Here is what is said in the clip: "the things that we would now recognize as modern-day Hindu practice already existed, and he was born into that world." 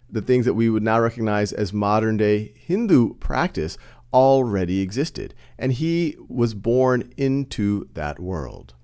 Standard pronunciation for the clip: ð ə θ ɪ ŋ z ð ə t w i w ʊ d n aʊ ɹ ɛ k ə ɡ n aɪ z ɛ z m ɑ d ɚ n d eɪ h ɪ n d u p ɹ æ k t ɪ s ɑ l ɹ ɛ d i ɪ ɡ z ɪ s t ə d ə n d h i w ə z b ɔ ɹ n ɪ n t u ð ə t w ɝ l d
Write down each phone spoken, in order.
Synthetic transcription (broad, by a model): ð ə θ ɪ ŋ z ð ə t w i w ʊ d n aʊ ɹ ɛ k ə ɡ n aɪ z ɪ z m ɑ d ɚ n d eɪ h ɪ n d u p ɹ æ k t ɪ s ɑ l ɹ ɛ d i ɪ ɡ z ɪ s t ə d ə n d i w ə z b ɔ ɹ n ɪ n t u ð ə t w ɝ l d